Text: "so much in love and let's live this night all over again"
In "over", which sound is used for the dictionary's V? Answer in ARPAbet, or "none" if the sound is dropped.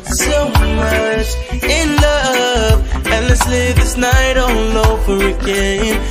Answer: V